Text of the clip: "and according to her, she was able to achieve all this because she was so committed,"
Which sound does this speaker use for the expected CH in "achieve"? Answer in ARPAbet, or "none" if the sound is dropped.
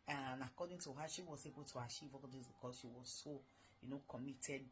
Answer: SH